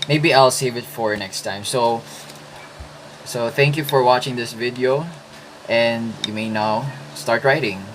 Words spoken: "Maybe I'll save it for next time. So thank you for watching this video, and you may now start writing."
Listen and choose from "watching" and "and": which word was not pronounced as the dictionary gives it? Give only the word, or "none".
none